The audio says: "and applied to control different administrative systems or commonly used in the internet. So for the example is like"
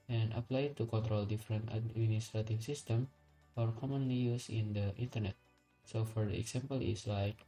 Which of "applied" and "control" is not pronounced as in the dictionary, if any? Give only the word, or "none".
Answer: none